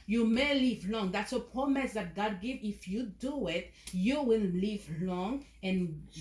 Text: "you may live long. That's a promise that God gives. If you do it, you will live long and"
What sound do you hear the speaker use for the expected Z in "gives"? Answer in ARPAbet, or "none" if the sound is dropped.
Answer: none